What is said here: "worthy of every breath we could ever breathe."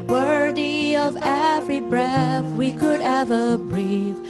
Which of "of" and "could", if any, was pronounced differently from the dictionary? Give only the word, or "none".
none